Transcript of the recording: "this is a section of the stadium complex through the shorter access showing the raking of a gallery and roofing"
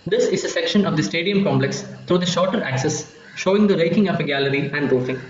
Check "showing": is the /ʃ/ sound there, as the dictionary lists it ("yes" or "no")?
yes